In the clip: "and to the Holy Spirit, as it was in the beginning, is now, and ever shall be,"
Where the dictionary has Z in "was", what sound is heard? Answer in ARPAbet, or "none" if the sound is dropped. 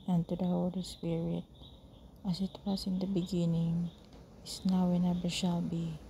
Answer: S